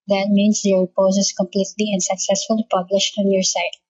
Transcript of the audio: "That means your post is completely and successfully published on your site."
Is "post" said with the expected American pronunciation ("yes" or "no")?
no